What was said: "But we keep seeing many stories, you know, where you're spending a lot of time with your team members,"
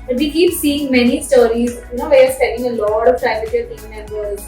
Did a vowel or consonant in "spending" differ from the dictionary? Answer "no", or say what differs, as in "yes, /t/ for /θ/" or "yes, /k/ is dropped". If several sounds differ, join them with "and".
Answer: yes, /p/ is dropped and /n/ is dropped